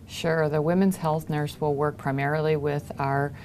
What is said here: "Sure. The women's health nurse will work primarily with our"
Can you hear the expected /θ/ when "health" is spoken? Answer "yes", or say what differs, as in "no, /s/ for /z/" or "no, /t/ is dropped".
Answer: yes